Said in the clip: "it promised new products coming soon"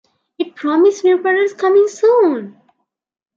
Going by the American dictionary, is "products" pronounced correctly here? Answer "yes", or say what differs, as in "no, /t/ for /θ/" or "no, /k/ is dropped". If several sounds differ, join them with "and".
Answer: no, /ɹ/ is dropped